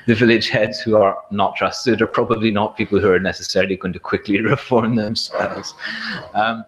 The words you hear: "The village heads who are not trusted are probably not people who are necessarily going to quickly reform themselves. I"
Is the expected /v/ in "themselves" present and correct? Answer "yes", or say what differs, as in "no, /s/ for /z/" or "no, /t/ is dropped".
no, /v/ is dropped